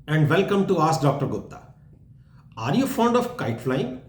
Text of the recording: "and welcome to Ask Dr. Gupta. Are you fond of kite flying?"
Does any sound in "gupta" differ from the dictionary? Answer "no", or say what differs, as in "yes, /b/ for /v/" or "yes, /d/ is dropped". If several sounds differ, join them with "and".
yes, /p/ is dropped